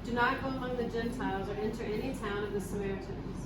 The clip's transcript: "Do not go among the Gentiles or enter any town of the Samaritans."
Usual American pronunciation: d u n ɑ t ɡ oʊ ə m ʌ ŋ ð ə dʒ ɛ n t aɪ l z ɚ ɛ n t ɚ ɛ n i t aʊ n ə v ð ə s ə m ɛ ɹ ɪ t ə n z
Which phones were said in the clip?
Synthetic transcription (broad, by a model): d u n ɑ t ɡ oʊ ə m ʌ ŋ ð ə dʒ ɛ n t aɪ l z ɚ ɛ n t ɚ ɛ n i t aʊ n ə v ð ə s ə m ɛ ɹ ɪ t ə n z